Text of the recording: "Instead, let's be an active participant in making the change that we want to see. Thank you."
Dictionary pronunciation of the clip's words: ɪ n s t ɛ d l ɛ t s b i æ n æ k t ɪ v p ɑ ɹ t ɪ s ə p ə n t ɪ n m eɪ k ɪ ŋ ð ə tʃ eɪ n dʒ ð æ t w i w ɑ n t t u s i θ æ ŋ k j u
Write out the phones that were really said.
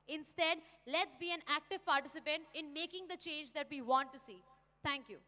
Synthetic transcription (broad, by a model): ɪ n s t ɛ d l ɛ t s b i æ n æ k t ɪ v p ɑ ɹ t ɪ s ə p ə n t ɪ n m eɪ k ɪ ŋ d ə tʃ eɪ n dʒ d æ t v i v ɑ n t t u s i t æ ŋ k j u